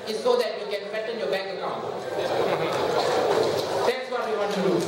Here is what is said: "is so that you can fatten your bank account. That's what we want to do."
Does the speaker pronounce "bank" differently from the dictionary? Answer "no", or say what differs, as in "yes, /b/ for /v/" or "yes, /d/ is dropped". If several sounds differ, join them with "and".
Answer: yes, /ŋ/ is dropped